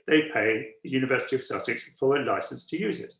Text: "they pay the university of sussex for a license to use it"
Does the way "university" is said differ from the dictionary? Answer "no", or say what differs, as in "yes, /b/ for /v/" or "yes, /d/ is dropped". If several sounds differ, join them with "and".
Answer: no